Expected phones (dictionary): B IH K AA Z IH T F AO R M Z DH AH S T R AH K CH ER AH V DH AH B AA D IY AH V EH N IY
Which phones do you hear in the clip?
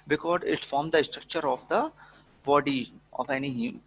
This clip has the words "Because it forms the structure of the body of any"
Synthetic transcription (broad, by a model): B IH K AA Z IH T F AO R M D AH S T R AH K CH ER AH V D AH B AA D IY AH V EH N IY